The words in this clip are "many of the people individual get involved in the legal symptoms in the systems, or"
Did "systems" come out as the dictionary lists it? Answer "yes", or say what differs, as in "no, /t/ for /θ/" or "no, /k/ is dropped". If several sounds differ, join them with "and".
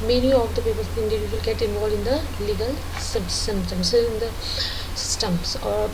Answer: no, /s/ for /z/